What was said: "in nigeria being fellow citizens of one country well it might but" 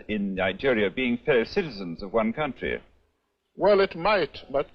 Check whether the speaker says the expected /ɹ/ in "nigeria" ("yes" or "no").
yes